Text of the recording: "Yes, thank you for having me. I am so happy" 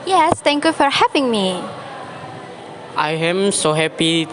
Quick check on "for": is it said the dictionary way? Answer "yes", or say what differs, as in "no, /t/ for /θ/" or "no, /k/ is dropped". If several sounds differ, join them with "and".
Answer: yes